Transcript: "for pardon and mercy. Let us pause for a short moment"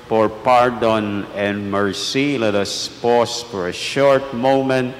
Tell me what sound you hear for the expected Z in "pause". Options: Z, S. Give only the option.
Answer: S